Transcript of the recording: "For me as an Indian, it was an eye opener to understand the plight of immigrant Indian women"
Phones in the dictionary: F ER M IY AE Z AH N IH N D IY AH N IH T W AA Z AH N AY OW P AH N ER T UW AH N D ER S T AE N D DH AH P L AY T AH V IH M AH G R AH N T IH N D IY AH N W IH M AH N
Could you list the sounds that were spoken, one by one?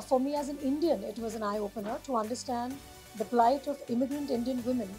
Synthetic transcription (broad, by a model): F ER M IY AE Z AH N IH N D IY AH N IH T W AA Z AH N AY OW P AH N ER T UW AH N D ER S T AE N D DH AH P L AY T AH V IH M AH G R AH N T IH N D IY AH N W IH M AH N